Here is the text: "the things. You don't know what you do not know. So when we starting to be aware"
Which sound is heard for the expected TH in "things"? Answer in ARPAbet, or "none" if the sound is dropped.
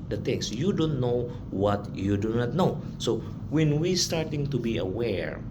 T